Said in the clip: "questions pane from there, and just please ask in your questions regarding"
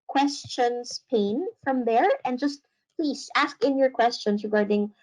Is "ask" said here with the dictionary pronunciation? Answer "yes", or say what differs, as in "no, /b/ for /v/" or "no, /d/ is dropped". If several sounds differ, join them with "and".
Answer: yes